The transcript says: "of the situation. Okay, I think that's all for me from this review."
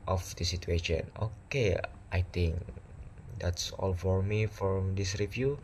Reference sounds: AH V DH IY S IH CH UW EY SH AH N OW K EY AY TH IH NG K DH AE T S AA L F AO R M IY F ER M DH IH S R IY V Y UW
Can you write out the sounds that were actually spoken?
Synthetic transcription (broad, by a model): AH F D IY S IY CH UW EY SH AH N OW K EY AY T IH NG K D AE T S AA L F AO R M IY F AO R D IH S R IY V Y UW